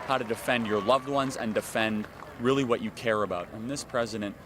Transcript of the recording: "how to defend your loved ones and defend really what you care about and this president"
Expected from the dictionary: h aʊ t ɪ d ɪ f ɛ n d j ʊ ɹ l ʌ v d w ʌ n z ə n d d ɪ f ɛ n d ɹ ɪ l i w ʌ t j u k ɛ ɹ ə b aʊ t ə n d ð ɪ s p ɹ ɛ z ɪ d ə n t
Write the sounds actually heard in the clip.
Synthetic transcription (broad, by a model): h aʊ t ɪ d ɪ f ɛ n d j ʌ ɹ l ʌ v d w ʌ n z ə n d d ɪ f ɛ n d ɹ ɪ l i w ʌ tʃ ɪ k ɛ ɹ ə b aʊ t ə n ð ɪ s p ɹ ɛ z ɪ d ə n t